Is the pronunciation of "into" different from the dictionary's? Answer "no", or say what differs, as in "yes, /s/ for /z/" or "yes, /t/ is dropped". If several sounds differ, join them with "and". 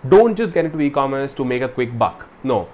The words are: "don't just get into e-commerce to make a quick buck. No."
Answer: yes, /n/ is dropped